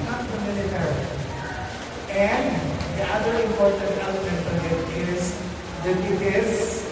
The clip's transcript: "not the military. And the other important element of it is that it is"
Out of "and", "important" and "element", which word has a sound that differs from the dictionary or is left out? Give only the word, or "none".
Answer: none